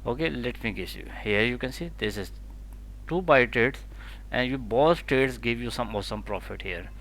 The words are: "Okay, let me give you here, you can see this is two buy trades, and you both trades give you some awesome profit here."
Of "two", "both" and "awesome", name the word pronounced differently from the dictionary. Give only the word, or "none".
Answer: both